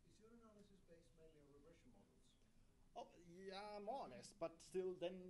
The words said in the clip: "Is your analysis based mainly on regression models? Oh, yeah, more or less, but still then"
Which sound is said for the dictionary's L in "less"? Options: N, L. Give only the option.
N